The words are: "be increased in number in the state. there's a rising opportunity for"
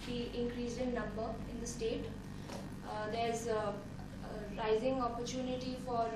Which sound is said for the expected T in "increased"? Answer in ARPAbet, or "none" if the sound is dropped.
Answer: none